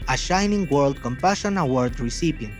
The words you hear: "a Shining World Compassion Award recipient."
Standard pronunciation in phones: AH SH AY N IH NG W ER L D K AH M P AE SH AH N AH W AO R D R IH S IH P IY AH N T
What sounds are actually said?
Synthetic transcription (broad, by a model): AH SH AY N IH NG W ER L D K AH M P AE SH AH N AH W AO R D R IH S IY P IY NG